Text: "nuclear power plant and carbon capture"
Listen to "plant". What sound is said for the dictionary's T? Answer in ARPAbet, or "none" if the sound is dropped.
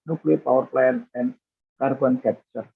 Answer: none